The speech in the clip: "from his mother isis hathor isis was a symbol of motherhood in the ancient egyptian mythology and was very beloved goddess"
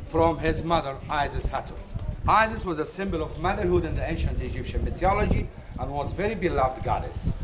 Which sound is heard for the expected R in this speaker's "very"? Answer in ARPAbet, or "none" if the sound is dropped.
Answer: R